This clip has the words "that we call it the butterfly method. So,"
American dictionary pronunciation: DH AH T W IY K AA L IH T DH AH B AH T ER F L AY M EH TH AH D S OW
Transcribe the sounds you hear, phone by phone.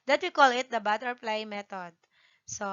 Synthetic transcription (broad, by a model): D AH T W IY K AA L IH T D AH B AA T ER P L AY M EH T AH D S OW